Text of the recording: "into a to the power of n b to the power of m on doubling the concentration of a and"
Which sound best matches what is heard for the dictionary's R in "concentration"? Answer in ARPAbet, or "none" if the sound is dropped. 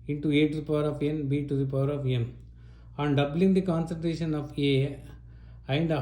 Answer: R